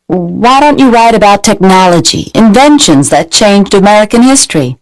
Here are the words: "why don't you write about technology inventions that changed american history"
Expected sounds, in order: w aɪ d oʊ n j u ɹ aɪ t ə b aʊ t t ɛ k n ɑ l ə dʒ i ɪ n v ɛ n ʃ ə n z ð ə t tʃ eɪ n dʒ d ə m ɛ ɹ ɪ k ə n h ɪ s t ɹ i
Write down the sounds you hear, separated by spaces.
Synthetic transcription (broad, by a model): w aɪ d oʊ n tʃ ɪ ɹ aɪ t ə b aʊ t t ɛ k n ɑ l ə dʒ i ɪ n v ɛ n ʃ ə n z ð ə t tʃ eɪ n dʒ d ə m ɛ ɹ ɪ k ə n h ɪ s t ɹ i